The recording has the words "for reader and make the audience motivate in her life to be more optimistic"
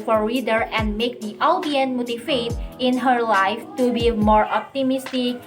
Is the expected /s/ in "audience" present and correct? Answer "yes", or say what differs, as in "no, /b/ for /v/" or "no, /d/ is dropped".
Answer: no, /s/ is dropped